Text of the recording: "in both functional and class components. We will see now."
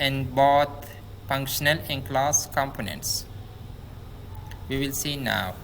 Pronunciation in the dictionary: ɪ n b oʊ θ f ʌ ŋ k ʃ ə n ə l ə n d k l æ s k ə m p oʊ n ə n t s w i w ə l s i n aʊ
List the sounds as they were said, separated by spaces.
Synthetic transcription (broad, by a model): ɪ n b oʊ t f ʌ ŋ k ʃ ə n ə l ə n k l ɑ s k ə m p oʊ n ə n t s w i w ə l s i n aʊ